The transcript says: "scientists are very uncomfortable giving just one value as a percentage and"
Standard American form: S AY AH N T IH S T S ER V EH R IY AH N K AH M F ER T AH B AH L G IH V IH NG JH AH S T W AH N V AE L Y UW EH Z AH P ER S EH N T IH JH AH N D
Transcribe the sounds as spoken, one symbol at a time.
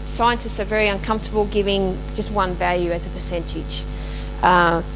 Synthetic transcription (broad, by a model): S AY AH N T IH S T S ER V EH R IY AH N K AH M F T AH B L G IH V IH NG JH AH S T W AH N V AE L Y UW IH Z AH P ER S EH N T IH JH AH